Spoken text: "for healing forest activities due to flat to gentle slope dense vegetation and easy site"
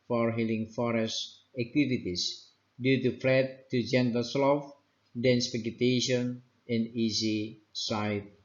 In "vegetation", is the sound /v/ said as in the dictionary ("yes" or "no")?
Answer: no